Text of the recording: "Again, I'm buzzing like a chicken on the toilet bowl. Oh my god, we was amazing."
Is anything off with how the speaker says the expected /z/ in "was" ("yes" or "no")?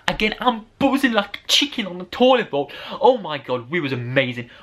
no